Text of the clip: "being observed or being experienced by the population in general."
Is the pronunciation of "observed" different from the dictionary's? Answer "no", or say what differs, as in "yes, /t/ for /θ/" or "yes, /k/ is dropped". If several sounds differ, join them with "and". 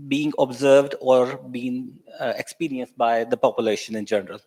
no